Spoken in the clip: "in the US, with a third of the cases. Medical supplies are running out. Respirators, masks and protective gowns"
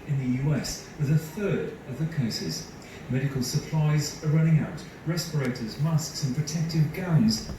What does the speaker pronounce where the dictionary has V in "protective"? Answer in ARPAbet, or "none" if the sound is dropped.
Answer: V